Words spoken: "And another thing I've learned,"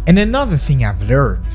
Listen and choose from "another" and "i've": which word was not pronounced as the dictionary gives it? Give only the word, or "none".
none